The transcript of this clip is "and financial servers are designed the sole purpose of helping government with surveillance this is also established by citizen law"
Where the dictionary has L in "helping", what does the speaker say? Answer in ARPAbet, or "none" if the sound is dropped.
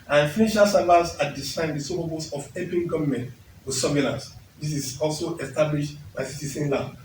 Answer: none